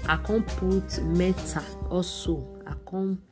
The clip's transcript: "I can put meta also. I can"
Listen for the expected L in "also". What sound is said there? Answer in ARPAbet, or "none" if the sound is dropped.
none